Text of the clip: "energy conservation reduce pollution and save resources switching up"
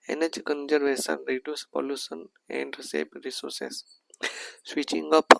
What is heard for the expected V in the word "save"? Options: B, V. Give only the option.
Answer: B